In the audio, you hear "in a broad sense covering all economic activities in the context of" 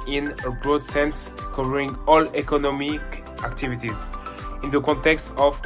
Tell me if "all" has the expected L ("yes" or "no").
yes